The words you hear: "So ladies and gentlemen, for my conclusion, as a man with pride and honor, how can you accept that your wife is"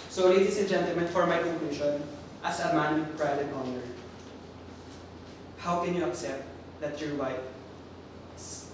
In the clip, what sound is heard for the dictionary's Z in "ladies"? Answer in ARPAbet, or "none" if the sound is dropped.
S